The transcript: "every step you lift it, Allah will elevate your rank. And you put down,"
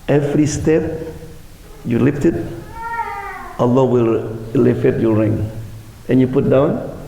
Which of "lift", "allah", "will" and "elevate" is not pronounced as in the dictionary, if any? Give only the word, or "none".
elevate